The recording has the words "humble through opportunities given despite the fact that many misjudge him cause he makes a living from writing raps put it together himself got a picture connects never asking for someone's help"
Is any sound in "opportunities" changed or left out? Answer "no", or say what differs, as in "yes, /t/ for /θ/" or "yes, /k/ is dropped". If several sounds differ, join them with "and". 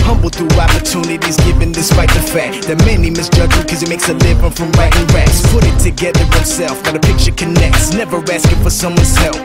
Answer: no